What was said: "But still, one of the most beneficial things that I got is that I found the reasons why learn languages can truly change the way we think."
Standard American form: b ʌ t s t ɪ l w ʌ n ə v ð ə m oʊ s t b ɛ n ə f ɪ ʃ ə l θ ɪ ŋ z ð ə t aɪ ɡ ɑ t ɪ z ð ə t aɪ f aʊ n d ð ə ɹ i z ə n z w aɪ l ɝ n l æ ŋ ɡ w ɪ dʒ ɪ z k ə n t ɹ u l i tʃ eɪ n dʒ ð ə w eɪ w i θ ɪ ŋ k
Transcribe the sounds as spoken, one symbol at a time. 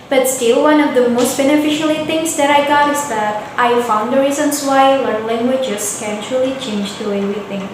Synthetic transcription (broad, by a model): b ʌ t s t ɪ l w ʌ n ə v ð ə m oʊ s t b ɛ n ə f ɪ ʃ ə l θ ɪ ŋ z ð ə t aɪ ɡ ɑ t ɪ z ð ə t aɪ f aʊ n d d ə ɹ i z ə n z w aɪ l ɝ n l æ ŋ ɡ w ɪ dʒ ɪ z k ə n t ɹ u l i tʃ eɪ n dʒ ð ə w eɪ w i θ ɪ ŋ